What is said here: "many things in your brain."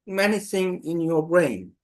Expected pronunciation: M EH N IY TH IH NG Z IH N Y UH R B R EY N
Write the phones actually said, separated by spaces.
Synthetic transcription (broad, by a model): M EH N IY S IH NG IH N Y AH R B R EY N